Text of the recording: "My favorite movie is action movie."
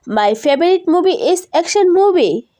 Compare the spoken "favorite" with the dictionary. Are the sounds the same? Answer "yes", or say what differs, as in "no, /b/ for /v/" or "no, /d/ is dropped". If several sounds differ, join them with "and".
no, /b/ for /v/